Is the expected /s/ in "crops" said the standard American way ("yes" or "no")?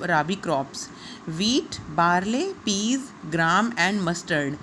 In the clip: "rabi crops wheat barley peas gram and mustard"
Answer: yes